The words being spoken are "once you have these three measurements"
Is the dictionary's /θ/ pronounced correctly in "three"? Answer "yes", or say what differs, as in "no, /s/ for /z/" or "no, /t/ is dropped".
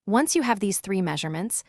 yes